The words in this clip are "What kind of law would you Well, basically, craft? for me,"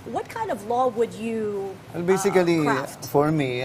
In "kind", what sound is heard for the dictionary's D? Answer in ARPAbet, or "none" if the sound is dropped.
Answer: D